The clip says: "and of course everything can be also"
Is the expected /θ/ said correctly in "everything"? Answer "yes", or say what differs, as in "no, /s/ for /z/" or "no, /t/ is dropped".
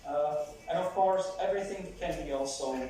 yes